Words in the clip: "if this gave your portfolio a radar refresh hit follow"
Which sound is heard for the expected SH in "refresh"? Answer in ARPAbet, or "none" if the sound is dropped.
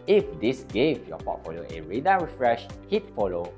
SH